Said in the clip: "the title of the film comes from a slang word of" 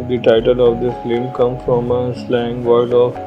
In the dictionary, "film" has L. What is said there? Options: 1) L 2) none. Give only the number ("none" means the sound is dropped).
2